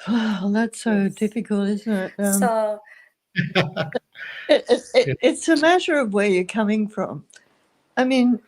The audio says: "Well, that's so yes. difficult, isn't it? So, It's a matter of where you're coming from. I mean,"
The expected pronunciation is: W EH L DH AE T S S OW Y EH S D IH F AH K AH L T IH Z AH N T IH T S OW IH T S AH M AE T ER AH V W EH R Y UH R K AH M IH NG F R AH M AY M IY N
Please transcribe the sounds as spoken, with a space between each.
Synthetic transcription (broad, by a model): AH DH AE T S S OW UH D IH F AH K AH L T IH Z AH N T IH T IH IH IH T S AH M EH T ER AH V W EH R Y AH R K AH M IH NG F R AH M AY M IY N